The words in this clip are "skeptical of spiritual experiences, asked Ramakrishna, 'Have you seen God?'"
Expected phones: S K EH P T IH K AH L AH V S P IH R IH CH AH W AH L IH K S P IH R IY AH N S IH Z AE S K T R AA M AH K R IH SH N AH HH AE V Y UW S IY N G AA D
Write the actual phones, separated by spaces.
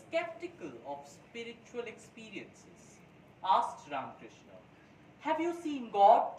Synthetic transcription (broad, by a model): K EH P T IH K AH L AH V S P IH R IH CH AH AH L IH K S P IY R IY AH N S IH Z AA S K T R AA AH K R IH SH N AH HH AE V Y UW S IY N G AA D